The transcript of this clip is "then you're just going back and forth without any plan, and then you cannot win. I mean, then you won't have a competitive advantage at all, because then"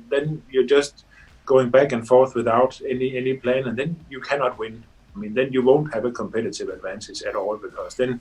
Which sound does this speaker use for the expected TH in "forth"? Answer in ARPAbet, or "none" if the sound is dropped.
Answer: TH